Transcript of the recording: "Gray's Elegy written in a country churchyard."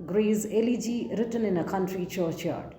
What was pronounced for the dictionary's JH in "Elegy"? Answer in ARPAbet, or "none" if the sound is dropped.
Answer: JH